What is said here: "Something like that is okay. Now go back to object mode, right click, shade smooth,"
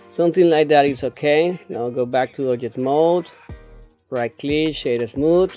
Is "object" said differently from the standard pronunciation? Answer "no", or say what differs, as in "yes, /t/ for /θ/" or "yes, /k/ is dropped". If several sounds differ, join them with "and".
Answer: yes, /b/ is dropped and /k/ is dropped